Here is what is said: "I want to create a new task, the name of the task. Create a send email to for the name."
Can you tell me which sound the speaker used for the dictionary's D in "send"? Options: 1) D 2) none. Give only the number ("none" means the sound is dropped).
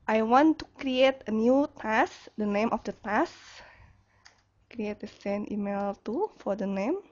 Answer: 2